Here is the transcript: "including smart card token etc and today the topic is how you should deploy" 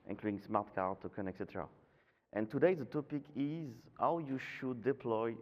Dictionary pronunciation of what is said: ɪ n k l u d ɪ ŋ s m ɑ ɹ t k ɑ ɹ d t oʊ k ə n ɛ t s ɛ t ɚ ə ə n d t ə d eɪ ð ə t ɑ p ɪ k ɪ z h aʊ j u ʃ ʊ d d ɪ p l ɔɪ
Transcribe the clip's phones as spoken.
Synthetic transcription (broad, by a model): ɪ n k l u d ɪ ŋ s m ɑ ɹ t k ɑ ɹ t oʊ k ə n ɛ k s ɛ t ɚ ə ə n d t ə d eɪ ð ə t ɑ p ɪ k ɪ z h aʊ j u ʃ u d d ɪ p l ɔɪ